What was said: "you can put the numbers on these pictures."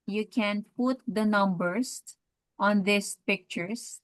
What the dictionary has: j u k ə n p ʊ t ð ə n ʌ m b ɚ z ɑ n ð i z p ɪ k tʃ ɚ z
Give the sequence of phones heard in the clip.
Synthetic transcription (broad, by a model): j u k ə n p ʊ t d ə n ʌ m b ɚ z ɑ n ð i s p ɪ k tʃ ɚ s